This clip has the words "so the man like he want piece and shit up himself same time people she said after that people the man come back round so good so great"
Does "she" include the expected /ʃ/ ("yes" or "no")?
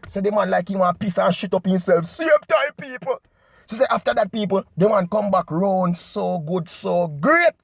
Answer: no